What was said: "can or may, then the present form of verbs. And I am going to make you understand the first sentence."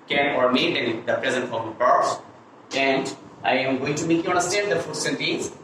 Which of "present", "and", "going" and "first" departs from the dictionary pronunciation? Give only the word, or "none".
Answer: first